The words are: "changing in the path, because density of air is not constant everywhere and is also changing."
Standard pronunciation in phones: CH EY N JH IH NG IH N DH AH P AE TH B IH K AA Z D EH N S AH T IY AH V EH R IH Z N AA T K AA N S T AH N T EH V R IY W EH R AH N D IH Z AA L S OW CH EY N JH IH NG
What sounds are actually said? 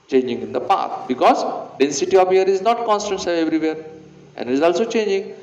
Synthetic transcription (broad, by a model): CH EY N JH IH NG IH N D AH P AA T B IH K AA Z D EH N S AH T IY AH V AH R IH Z N AA T K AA N S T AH N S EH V R IY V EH R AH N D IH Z AA L S OW CH EY N JH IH NG